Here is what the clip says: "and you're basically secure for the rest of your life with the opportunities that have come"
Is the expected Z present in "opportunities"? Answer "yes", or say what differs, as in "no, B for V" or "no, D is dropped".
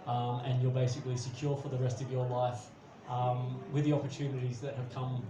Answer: yes